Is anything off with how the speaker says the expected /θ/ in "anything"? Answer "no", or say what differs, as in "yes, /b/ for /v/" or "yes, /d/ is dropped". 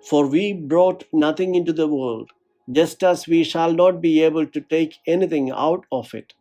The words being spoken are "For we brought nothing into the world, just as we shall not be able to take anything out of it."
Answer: yes, /t/ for /θ/